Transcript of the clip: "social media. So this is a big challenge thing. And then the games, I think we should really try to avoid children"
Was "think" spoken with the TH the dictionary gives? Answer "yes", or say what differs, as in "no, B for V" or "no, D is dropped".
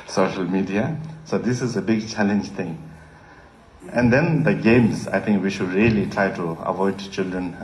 no, T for TH